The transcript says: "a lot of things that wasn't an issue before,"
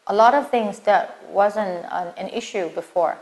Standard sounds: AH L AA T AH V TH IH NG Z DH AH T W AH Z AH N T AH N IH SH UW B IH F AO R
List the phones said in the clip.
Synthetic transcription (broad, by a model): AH L AA T AH V TH IH NG Z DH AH T W AH Z AH N T AH N IH SH UW B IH F AO R